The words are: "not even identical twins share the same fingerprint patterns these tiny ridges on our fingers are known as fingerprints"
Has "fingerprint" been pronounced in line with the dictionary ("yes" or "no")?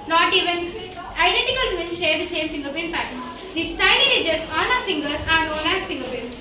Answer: no